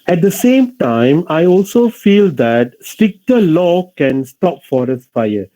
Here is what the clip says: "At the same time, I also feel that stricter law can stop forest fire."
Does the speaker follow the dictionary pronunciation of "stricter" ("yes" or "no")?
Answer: no